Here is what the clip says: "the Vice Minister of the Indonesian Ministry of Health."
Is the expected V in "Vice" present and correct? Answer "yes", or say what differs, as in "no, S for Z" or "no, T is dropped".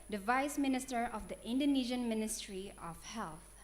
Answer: yes